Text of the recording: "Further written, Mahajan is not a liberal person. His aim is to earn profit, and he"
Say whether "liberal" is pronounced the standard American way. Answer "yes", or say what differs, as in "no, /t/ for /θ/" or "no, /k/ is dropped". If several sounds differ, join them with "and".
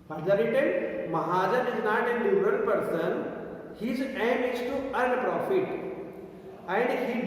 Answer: no, /n/ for /l/ and /b/ is dropped